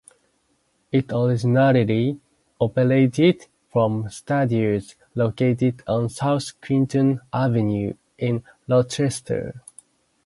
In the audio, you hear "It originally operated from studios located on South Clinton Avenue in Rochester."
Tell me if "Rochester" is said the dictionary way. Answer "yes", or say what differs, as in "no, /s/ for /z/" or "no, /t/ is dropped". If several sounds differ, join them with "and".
no, /l/ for /ɹ/